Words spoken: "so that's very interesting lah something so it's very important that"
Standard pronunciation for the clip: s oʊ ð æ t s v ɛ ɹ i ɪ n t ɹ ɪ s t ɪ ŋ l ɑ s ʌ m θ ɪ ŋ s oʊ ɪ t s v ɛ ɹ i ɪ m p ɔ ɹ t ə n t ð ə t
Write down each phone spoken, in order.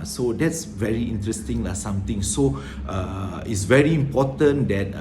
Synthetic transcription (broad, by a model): s oʊ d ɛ t s v ɛ ɹ i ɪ n t ɹ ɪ s t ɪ ŋ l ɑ s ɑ m t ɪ ŋ s oʊ ɪ t s v ɛ ɹ i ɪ m p ɔ t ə n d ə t